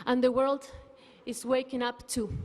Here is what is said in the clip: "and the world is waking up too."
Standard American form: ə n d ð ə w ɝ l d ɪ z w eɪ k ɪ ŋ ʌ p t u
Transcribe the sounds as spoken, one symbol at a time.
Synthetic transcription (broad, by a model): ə n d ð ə w ɝ l d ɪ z w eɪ k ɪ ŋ ʌ p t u